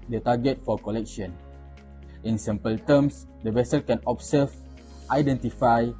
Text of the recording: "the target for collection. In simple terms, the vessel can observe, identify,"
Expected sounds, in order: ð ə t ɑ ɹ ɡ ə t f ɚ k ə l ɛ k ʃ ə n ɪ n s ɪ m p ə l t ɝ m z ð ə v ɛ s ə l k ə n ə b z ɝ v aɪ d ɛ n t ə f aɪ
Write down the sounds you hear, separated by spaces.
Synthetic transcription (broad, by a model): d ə t ɑ ɡ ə t f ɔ k ə l ɛ k ʃ ə n ɪ n s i m p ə l t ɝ m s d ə v ɛ s ə l k ə n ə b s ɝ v aɪ d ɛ n t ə f aɪ